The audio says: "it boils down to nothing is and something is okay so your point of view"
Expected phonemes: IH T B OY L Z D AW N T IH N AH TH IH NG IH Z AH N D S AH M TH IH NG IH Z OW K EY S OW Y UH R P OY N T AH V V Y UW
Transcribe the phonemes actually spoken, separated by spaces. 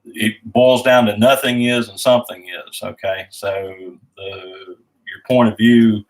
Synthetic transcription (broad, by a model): IH T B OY L Z D AW N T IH N AH TH IH NG IH Z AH N S AH M TH IH NG IH Z OW K EY S OW Y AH R P OY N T AH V V Y UW